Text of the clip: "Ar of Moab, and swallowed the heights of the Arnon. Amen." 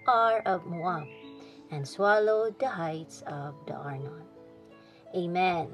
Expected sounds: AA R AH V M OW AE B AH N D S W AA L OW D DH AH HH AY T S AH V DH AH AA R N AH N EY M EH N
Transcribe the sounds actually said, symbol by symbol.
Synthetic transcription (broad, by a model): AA R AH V M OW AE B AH N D S W AA L OW D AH HH AY T S AH V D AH AA R N AH N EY M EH N